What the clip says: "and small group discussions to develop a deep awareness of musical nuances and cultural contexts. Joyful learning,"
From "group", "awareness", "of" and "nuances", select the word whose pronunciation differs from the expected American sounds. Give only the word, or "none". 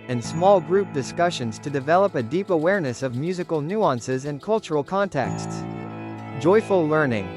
none